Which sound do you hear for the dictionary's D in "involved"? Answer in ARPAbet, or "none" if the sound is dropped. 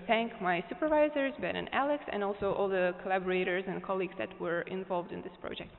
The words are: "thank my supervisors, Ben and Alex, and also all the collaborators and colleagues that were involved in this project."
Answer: D